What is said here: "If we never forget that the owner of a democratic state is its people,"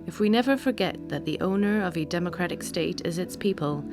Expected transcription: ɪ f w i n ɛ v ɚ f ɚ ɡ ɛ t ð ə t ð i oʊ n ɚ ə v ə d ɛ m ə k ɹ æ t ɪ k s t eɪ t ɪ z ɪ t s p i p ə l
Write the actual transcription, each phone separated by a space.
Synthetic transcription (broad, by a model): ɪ f w i n ɛ v ɚ f ɚ ɡ ɛ t ð ə t ð i oʊ n ɚ ə v ə d ɛ m ə k ɹ æ t ɪ k s t eɪ t ɪ z ɪ t s p i p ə l